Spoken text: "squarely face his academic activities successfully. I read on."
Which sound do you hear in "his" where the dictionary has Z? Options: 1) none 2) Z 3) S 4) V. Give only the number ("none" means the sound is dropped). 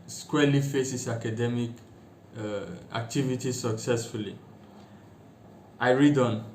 3